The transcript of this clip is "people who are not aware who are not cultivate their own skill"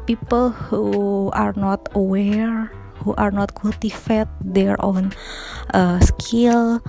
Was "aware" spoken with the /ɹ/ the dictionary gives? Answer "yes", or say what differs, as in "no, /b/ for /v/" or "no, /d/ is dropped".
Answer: yes